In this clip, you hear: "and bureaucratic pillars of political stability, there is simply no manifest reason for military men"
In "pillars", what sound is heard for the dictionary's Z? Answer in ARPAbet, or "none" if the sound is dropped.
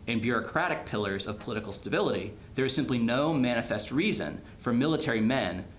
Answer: Z